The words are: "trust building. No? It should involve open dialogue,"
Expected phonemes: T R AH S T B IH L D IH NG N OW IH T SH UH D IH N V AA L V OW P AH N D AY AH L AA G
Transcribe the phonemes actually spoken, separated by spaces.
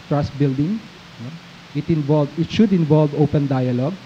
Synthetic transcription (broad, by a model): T R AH S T B IH L D IH NG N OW IH T SH UH D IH N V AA L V OW P AH N D AY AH L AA G